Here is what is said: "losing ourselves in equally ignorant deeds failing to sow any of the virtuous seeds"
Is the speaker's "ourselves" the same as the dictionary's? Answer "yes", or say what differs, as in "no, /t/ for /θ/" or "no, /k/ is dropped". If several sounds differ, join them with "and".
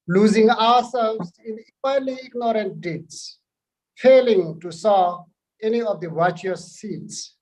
no, /w/ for /ɹ/